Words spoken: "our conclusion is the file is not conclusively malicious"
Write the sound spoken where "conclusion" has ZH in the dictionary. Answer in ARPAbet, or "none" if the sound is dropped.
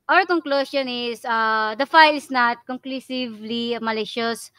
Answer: S